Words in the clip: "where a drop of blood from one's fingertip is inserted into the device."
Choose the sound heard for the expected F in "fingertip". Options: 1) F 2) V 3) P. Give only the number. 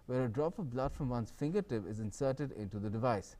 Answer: 1